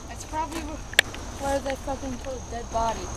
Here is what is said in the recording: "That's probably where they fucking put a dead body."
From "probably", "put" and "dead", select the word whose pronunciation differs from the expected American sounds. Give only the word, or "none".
put